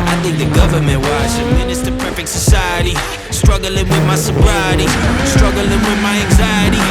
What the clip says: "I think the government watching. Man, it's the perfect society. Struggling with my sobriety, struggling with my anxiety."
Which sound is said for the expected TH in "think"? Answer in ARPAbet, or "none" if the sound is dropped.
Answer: TH